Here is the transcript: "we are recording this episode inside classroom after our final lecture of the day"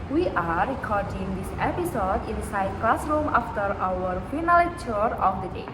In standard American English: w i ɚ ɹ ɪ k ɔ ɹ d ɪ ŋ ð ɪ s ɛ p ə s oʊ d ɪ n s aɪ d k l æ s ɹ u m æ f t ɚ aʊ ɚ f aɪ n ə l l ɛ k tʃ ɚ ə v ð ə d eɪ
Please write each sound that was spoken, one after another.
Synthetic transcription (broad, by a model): w i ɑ ɹ ɪ k ɔ ɹ d ɪ ŋ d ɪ s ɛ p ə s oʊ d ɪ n s aɪ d k l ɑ s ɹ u m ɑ f t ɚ aʊ ɚ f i n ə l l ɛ tʃ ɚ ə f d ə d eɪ